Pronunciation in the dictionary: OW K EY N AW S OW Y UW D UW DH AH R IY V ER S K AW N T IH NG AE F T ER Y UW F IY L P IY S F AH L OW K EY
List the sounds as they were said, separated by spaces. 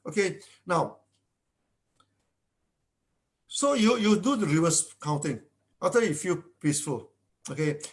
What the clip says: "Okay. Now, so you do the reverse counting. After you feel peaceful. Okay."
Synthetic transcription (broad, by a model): OW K EY N AW S OW Y UW D UW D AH R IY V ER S K AW N T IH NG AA T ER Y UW F IY L P IY S F AH L OW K EY